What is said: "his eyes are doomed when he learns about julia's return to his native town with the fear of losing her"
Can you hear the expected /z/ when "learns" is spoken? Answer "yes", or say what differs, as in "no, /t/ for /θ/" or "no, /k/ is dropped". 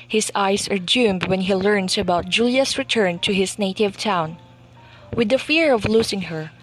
no, /s/ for /z/